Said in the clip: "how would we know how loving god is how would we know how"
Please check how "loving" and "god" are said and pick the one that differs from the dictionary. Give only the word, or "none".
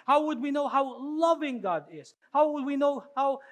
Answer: none